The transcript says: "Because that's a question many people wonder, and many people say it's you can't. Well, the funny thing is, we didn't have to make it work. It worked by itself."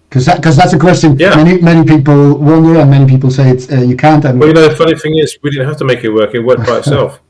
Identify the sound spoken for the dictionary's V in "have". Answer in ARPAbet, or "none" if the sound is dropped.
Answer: F